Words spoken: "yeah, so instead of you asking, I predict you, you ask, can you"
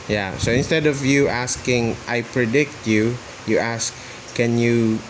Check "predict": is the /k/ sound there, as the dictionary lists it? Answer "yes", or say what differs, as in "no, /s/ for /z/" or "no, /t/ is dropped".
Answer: yes